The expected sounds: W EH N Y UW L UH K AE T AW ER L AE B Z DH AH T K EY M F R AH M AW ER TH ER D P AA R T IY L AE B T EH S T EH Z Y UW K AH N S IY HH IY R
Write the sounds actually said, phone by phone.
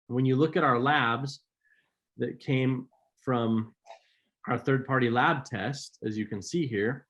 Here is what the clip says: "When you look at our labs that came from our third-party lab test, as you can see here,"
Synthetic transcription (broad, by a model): W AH N Y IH L UH K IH T AW ER L AE B Z DH AH T K EY M F R AH M AW ER TH ER D P AA R T IY L AE B T EH S T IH Z Y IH K AH N S IY HH IY R